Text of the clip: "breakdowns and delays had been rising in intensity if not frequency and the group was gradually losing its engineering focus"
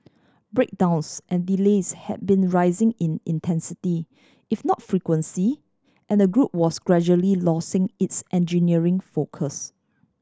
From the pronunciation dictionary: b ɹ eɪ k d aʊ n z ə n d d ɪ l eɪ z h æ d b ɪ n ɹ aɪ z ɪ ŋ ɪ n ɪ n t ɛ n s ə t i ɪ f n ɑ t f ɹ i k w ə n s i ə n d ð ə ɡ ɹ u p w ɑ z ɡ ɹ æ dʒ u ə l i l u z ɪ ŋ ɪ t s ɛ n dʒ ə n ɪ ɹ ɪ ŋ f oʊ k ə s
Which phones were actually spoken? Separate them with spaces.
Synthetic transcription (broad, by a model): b ɹ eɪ k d aʊ n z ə n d d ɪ l eɪ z h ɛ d b ɪ n ɹ aɪ z ɪ ŋ ɪ n ɪ n t ɛ n s ə t i ɪ f n ɑ t f ɹ i k w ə n s i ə n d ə ɡ ɹ u p w ɑ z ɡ ɹ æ dʒ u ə l i l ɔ s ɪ ŋ ɪ t s ɛ n dʒ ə n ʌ ɹ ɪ ŋ f oʊ k ə s